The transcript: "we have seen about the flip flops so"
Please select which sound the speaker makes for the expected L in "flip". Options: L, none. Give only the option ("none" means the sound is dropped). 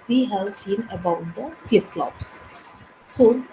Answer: none